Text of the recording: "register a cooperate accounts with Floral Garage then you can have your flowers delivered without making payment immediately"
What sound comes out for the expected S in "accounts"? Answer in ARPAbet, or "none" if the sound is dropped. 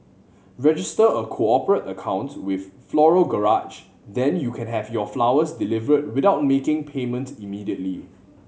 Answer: none